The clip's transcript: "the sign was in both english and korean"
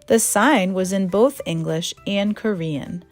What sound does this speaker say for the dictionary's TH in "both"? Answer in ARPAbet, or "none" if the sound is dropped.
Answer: TH